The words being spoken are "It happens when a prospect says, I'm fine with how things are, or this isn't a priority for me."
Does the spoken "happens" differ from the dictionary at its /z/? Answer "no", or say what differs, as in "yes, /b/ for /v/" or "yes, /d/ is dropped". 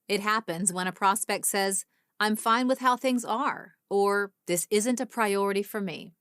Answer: no